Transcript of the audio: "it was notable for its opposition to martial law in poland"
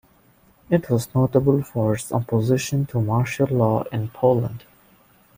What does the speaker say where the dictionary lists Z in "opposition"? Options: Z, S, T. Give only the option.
Z